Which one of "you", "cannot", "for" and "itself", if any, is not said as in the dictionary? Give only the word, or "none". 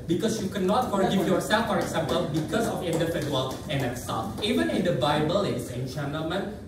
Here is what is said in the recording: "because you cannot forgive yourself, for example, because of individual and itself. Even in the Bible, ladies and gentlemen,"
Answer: itself